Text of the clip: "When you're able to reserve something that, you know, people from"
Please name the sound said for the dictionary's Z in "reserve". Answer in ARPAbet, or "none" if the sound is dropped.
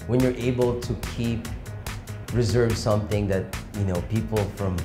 Z